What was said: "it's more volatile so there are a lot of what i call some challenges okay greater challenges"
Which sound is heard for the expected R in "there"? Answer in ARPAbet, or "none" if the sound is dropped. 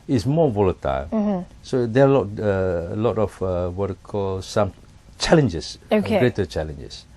L